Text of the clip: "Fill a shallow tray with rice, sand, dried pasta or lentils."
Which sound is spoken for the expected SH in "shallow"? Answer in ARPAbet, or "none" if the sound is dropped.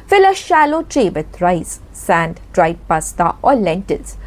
SH